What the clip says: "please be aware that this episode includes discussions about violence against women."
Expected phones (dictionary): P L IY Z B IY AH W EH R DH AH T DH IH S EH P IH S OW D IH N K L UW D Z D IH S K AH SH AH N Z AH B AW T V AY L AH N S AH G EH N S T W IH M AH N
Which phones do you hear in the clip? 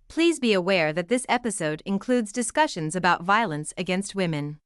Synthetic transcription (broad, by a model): P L IY Z B IY AH W EH R DH AH T DH IH S EH P IH S OW D IH N K L UW D Z D IH S K AH SH AH N Z AH B AW T V AY L AH N S AH G EH N S T W IH M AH N